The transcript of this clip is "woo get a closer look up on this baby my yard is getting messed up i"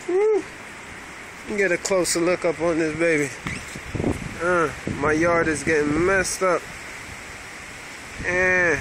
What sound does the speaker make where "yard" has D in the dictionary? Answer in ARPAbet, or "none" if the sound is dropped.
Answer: D